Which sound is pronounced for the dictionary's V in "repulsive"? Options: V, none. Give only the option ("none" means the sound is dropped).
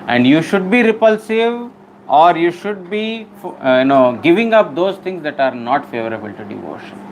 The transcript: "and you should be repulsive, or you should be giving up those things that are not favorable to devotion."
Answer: V